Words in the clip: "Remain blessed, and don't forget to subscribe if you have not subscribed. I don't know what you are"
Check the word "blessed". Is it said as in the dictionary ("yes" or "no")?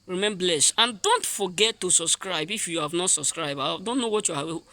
no